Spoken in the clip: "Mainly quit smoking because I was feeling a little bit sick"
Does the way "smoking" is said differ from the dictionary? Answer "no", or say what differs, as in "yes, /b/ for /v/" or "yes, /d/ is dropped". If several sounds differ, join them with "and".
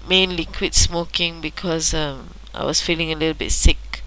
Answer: no